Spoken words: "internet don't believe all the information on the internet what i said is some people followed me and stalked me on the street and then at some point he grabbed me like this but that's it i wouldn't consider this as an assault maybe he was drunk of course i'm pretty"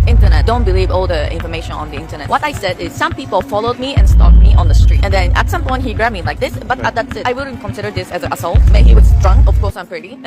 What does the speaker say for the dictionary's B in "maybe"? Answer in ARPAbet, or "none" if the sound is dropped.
none